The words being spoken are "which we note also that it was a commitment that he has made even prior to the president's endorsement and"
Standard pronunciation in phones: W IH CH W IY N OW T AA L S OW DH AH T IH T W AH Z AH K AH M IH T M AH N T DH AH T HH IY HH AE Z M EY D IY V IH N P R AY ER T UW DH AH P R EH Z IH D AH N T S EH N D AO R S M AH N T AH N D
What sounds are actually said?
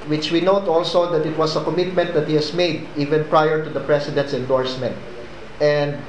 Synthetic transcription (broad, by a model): W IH CH W IY N OW T AA L S OW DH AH T IH T W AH S AH K AH M IH T M AH N T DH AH T HH IY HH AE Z M EY D IY V IH N P R AY ER T UW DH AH P R EH S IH D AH N T S EH N D AO R S M AH N T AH N D